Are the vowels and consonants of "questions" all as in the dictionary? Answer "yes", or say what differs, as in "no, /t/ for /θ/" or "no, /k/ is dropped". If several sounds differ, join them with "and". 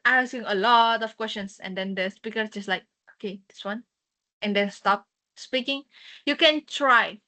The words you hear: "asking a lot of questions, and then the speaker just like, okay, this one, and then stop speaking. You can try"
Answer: no, /s/ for /z/